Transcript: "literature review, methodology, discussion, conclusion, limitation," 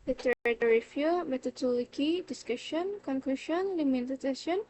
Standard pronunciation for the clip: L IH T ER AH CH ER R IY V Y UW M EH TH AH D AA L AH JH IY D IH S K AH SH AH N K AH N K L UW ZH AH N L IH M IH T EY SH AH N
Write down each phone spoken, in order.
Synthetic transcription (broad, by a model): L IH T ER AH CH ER R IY F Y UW M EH T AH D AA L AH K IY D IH S K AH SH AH N K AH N K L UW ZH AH N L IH M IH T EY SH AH N